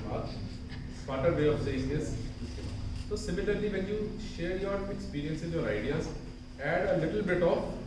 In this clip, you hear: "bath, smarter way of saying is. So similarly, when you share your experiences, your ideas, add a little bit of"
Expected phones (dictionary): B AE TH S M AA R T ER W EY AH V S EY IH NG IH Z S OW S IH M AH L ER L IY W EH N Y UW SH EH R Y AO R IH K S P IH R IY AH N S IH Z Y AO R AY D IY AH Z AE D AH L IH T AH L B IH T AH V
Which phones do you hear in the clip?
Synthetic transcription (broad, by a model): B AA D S AA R T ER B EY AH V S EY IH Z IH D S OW S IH M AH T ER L IY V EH N Y UW SH EH R Y AO R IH K S P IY R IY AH N S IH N Y AO R AY D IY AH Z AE D AH L IH T AH L B IH T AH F